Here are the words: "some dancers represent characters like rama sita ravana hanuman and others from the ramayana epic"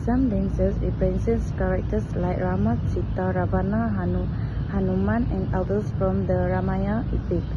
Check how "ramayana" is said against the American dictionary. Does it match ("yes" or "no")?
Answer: no